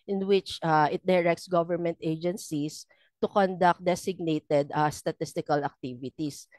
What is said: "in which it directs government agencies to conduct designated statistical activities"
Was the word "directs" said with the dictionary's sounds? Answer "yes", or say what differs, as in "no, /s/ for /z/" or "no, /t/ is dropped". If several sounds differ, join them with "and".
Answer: yes